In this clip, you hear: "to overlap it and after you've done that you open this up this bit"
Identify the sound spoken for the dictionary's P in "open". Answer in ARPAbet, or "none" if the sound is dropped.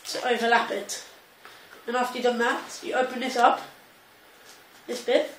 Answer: P